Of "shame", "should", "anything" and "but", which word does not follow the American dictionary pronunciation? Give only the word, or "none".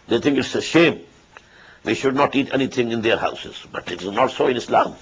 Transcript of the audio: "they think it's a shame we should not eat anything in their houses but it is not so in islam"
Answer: anything